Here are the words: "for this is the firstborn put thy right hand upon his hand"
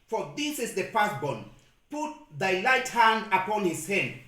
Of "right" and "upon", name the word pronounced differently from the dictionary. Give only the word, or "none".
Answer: right